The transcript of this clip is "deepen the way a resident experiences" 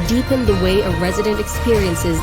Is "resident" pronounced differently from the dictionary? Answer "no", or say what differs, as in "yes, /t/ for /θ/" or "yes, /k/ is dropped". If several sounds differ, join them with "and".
no